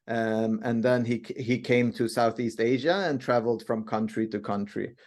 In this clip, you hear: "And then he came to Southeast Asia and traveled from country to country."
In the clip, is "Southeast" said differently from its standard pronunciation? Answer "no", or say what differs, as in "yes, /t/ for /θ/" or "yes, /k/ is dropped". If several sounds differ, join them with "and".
no